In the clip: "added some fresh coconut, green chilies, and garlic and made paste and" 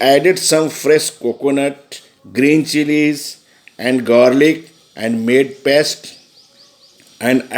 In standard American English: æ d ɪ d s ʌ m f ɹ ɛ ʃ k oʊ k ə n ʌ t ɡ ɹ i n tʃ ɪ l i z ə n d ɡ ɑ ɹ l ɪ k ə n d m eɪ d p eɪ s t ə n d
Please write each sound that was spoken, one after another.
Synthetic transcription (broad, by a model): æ d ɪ d s ʌ m f ɹ ɛ ʃ k oʊ k ə n ʌ t ɡ ɹ i n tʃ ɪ l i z ə n d ɡ ɑ ɹ l ɪ k ə n d m eɪ d p eɪ s t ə n d